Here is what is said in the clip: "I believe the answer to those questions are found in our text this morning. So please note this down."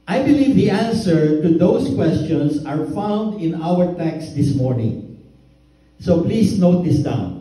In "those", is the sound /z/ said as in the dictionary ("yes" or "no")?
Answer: no